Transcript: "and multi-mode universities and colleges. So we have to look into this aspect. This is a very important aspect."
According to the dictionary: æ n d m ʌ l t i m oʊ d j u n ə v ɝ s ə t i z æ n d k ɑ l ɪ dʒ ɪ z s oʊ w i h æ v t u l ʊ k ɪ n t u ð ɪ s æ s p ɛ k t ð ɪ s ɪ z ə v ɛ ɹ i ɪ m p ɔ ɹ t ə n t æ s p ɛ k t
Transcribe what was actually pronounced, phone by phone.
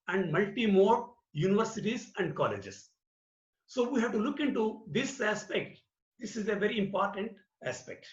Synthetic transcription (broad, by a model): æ n d m ʌ l t i m oʊ d j u n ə v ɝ s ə t i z æ n d k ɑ l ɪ dʒ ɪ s s oʊ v i h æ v t u l ʊ k ɪ n t u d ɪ s æ s p ɛ k t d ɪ s ɪ z ə v ɛ ɹ i ɪ m p ɔ ɹ t ə n t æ s p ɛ k t